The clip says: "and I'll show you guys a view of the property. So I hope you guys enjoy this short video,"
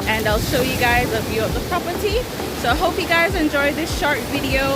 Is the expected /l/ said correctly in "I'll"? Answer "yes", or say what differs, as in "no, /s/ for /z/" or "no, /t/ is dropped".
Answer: yes